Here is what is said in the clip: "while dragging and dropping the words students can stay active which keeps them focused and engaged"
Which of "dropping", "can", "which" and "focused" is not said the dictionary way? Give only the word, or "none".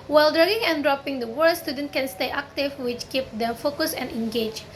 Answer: focused